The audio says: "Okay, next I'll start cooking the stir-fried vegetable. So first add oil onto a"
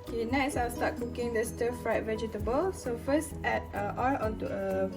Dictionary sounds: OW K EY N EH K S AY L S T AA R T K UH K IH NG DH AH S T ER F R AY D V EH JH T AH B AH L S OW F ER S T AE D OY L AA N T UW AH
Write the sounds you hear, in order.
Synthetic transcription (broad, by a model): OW K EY N EH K S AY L S T AA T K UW K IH NG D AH S T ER F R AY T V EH JH T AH B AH L S OW F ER S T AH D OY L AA T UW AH